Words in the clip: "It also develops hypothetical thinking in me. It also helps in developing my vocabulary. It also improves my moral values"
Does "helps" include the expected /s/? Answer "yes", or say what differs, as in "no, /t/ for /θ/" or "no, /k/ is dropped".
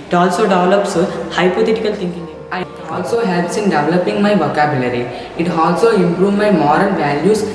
yes